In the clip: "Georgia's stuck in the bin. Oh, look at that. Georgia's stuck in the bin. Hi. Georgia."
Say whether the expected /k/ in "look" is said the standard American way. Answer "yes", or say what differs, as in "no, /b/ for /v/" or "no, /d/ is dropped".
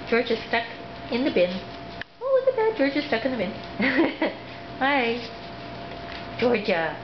no, /k/ is dropped